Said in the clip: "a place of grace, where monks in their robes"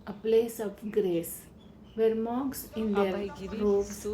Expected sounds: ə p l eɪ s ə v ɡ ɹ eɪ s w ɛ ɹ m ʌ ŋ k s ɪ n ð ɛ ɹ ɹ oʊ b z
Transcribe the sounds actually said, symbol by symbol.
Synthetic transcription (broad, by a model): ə p l eɪ s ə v ɡ ɹ eɪ s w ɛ ɹ m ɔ k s ɪ n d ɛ ɹ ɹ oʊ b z